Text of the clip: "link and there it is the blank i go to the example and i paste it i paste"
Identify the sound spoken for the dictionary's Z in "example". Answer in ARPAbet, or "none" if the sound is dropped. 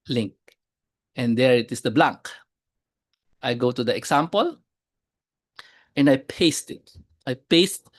S